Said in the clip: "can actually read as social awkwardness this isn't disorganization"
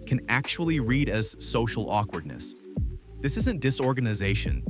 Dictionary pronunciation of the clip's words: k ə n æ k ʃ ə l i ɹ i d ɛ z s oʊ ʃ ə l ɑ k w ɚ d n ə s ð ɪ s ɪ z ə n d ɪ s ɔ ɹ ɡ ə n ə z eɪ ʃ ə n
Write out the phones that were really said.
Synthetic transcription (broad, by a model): k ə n æ k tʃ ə l i ɹ i d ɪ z s oʊ ʃ l ɑ k w ɚ d n ə s ð ɪ s ɪ z ə n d ɪ s ɔ ɹ ɡ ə n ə z eɪ ʃ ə n